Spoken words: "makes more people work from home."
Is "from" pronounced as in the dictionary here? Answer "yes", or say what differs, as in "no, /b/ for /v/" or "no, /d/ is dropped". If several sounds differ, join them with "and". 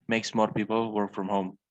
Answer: yes